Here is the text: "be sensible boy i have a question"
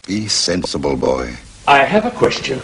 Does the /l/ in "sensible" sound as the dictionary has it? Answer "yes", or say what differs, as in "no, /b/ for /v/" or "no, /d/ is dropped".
yes